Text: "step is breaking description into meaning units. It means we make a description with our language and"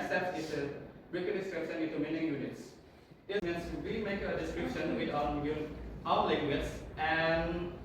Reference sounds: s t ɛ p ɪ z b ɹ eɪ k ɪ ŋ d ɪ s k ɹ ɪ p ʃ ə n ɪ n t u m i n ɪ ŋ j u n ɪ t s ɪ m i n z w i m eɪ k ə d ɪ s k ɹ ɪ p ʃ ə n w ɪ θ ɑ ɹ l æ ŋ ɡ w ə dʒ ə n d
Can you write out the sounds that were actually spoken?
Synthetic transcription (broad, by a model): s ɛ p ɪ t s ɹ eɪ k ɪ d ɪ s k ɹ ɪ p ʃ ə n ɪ t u m i n ɪ ŋ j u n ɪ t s ɪ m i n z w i m eɪ k ə d ɪ s k ɹ ɪ p ʃ ə n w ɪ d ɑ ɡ l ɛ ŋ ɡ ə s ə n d